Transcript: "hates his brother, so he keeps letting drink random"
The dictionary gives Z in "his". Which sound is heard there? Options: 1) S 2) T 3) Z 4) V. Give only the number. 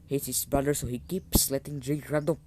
1